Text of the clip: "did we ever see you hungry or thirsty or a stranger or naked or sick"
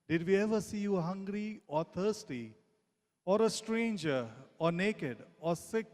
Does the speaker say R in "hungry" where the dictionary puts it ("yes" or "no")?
yes